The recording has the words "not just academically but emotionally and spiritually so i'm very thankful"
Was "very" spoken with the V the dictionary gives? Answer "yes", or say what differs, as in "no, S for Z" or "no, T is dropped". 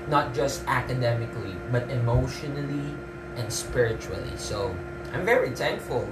yes